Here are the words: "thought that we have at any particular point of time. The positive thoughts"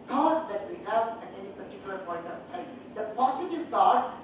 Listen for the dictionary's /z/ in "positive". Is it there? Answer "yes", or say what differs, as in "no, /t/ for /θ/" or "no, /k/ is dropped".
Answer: no, /s/ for /z/